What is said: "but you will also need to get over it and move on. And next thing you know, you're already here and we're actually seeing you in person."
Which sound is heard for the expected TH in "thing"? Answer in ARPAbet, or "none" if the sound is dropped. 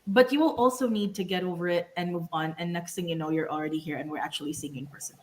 T